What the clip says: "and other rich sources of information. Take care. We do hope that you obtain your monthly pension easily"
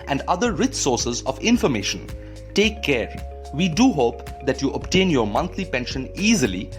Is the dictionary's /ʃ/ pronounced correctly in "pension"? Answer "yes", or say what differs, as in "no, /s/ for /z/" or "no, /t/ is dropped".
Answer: yes